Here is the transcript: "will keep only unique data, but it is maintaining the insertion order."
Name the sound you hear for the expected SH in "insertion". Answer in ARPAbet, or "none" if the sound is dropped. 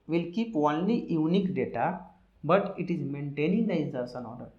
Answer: S